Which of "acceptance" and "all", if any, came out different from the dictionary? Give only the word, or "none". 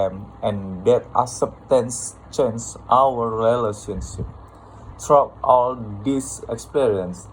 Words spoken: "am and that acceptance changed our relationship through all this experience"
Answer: acceptance